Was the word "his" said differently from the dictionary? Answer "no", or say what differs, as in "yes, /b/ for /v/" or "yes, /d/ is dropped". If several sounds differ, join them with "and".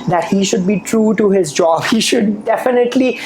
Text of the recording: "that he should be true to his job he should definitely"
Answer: no